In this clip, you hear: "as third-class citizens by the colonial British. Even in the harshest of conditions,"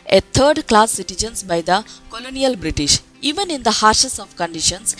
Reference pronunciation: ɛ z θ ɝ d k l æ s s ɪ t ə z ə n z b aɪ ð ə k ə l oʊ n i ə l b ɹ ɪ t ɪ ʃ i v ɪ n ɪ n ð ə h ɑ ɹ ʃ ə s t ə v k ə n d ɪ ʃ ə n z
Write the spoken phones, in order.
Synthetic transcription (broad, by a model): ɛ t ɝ d k l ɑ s s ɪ t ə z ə n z b aɪ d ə k ə l oʊ n i ə l b ɹ ɪ t ɪ ʃ i v ɪ n ɪ n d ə h ɑ ɹ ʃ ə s ə v k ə n d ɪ ʃ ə n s